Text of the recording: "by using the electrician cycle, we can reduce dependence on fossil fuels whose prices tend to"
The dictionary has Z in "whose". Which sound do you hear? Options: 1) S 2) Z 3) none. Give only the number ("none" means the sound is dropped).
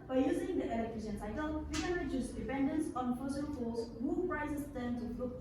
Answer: 3